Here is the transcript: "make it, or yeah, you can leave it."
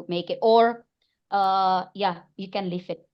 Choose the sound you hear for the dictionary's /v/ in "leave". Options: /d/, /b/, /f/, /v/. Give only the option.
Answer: /f/